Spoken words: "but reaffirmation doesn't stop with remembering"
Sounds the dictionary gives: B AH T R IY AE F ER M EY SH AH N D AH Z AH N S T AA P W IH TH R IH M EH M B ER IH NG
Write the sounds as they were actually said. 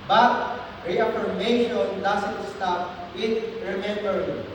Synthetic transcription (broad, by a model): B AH T R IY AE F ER M EY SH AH N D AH S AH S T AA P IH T R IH M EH M B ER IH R